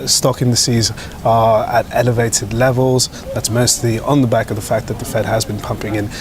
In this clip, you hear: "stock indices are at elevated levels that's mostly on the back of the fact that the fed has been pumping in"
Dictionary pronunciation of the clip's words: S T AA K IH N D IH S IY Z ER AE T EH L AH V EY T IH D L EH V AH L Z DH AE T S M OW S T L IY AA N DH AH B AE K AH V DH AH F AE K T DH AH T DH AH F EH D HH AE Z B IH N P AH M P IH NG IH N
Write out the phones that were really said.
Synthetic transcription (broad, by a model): S T AA K IH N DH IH S IY Z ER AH T EH L AH V EY T IH D L EH V AH L Z DH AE T S M OW S T L IY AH N DH AH B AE K AH V DH AH F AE K DH AH T DH AH F EH D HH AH Z B IH N P AH M P IH NG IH N